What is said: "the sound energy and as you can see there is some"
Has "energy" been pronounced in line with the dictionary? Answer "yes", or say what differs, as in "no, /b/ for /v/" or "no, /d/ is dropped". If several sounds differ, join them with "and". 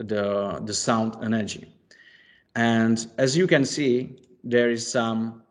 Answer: yes